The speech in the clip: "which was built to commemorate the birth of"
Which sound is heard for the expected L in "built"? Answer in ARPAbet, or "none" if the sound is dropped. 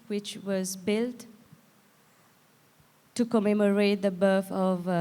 L